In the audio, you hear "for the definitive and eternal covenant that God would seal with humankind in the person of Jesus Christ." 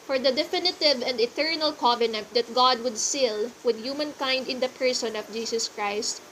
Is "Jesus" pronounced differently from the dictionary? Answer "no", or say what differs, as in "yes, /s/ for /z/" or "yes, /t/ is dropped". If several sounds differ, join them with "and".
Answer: yes, /s/ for /z/